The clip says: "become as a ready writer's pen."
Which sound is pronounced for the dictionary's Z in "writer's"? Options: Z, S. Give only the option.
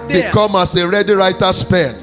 S